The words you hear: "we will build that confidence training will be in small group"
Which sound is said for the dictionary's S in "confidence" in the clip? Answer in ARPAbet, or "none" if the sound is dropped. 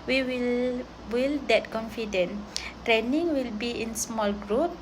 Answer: none